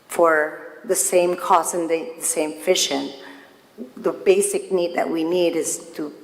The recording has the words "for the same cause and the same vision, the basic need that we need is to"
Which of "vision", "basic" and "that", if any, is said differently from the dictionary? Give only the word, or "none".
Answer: vision